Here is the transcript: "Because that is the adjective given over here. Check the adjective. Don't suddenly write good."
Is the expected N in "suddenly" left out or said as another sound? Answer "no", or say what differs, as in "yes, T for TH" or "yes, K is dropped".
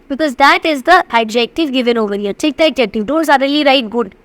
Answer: yes, N is dropped